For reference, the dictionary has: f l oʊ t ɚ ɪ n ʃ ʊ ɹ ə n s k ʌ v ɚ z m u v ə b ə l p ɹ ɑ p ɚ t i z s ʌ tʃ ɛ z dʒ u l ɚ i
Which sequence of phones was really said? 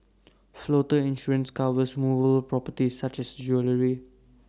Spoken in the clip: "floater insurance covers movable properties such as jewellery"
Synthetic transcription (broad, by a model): f l oʊ t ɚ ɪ n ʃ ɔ ɹ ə n s k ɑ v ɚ s m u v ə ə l p ɹ ɑ p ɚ t i s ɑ tʃ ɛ s dʒ u l ɚ i